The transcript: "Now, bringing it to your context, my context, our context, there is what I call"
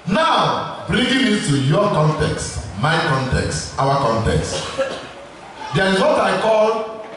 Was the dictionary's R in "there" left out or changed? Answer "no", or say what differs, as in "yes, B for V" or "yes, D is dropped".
yes, L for R